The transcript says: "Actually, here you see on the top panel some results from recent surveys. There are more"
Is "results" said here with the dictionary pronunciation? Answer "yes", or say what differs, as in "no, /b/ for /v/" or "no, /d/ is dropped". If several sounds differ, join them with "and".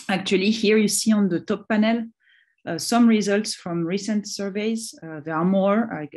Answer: yes